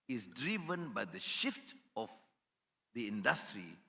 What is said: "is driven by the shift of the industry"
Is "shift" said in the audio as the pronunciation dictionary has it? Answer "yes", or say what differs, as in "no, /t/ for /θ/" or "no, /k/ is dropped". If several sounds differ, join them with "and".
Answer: yes